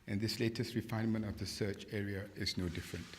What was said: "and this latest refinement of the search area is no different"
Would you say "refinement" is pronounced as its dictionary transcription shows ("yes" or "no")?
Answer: yes